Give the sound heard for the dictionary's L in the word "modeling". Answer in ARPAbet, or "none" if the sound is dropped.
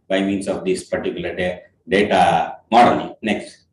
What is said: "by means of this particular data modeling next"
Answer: N